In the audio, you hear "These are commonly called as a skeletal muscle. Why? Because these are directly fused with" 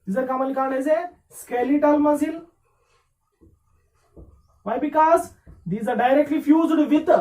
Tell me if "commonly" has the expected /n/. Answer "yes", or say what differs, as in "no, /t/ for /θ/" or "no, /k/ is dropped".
no, /n/ is dropped